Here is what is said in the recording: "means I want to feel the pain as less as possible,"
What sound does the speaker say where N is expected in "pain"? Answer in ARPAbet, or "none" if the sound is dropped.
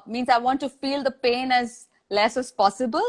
N